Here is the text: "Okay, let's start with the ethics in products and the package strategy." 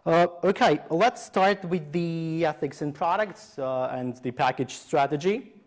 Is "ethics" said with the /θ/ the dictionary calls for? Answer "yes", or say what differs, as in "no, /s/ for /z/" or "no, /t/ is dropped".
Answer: yes